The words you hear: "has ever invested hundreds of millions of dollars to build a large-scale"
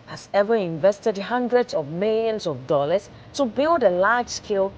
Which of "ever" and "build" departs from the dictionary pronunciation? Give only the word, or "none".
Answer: none